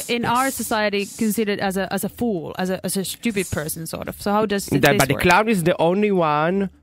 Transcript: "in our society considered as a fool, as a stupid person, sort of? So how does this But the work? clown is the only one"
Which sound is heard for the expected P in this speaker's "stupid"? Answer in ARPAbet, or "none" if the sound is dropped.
P